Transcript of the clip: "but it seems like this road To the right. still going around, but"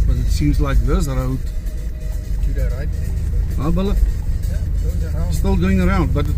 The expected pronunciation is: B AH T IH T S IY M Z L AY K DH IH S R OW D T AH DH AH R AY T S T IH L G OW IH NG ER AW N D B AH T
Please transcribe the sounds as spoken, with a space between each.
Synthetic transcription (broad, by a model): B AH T IH T S IY M Z L AY K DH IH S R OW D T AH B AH L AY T S T IH L G OW IH NG ER AW N D B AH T